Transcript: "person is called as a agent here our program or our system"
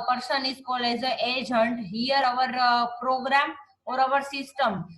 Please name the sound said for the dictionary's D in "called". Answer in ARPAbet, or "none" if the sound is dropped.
none